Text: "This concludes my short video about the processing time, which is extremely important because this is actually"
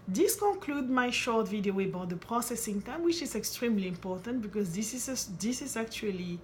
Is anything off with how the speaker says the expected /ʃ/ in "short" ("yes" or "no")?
no